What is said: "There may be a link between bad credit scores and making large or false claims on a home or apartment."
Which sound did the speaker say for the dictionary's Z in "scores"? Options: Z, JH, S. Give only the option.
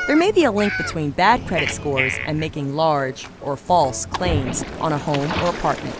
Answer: Z